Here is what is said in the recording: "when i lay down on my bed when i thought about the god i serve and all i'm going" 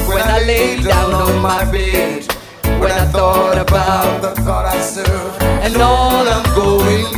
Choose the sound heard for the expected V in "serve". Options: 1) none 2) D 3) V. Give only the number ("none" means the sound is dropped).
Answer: 1